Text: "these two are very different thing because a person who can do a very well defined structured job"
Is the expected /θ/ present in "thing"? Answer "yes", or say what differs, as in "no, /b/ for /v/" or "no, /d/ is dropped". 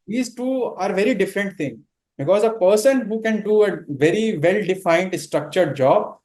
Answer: no, /t/ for /θ/